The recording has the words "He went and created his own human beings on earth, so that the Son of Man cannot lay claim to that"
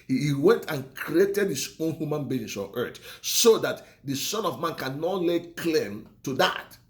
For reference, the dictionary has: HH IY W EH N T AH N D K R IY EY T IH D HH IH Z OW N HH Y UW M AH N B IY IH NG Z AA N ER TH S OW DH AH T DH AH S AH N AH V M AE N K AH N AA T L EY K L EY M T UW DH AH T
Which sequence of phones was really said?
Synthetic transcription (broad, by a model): HH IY W EH N T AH N K R IY EY T IH D HH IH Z OW N HH Y UW M AH N B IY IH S AA N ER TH S OW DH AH T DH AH S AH N AH V M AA N K AH N AA T L EY K L EY M T UW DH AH T